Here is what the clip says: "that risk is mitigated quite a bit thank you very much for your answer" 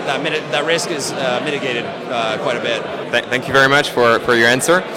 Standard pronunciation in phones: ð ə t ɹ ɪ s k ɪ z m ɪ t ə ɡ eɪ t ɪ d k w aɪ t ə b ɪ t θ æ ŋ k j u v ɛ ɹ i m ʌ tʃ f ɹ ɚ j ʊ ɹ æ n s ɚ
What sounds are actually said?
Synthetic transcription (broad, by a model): ð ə t ɹ ɪ s k ɪ z m ɪ t ə ɡ eɪ t ɪ d k w aɪ t ə b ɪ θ θ æ ŋ k j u v ɛ ɹ i m ʌ tʃ f ɹ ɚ j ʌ ɹ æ n s ɚ